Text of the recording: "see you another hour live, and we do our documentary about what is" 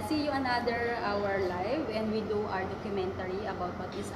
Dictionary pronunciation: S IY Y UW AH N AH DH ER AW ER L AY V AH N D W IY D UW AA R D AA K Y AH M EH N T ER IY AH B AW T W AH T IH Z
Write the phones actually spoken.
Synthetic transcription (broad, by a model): S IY Y UW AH N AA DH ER AW ER L AY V AH N D W IY D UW AA R D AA K Y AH M EH N T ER IY AH B AW T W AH T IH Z